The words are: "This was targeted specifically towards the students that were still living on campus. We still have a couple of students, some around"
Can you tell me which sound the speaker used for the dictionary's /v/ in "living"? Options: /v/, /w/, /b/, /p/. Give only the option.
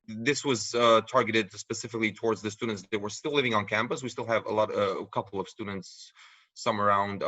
/v/